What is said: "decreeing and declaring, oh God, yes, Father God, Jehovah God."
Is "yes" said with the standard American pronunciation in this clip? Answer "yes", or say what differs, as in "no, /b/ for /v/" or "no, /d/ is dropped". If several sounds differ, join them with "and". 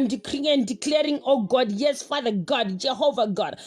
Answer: yes